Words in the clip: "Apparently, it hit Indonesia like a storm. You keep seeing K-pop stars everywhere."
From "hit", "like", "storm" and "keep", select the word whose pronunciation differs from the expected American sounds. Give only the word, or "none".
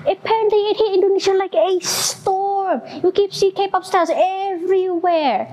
hit